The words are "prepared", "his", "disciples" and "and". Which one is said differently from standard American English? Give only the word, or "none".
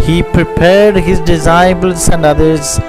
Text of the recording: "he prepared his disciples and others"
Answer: disciples